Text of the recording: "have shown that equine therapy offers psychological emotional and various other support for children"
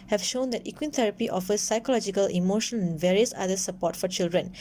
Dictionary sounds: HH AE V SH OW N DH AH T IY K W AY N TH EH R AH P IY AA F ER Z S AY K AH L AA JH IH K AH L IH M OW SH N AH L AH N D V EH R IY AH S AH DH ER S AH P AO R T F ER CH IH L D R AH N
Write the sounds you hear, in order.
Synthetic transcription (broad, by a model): HH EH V SH OW N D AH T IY K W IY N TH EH R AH P IY AA F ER S AY K AH L AA JH IH K AH L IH M OW SH AH N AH N V EH R IY AH S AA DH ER S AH P AO T F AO CH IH L D R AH N